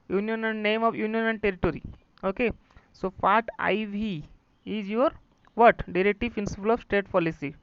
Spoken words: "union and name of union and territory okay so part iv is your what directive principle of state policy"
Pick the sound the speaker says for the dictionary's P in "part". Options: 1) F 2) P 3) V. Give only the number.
1